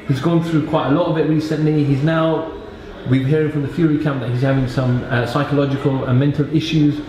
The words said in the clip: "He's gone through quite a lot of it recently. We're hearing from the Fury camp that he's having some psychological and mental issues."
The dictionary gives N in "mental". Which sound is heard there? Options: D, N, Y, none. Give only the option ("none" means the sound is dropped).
N